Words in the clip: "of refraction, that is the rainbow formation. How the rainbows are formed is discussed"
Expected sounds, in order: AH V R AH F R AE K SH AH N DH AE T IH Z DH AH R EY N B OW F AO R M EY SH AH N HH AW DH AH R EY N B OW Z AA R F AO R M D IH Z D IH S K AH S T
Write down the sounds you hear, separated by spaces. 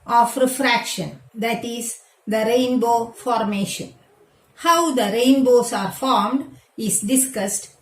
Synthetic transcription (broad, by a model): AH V R AH F R AE K SH AH N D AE T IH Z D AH R EY N B OW F AO R M EY SH AH N HH AW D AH R EY N B OW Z AA R F AO R M D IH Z D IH S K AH S T